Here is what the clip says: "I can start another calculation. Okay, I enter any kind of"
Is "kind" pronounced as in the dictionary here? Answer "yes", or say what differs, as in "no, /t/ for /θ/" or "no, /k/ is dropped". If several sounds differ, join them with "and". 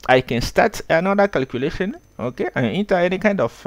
yes